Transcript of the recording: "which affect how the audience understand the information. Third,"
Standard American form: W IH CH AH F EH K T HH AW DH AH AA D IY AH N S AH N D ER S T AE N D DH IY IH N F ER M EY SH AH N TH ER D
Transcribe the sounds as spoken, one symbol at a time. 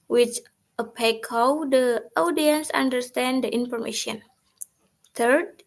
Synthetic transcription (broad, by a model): W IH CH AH P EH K HH AW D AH AA D IY AH N S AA N D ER S T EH N D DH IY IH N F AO M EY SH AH N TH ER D